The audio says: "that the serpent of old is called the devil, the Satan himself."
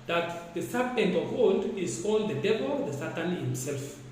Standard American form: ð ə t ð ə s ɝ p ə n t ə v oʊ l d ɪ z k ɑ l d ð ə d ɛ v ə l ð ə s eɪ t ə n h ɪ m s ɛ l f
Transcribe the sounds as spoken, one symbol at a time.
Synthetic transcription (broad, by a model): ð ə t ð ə s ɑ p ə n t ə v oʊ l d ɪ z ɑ n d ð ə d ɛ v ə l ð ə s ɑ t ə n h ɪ m s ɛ l f